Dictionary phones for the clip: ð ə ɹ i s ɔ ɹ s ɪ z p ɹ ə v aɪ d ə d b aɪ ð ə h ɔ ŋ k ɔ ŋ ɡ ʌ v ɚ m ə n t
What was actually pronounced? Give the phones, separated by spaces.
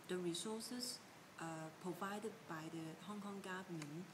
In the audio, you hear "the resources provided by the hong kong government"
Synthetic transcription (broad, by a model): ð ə ɹ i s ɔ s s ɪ p ɹ ə v aɪ d ə d b aɪ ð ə h ɔ ŋ k ɔ ŋ ɡ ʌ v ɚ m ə n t